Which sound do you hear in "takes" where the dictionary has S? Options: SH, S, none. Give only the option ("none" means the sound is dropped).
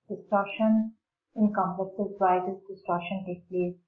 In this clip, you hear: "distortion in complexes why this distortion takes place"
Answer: none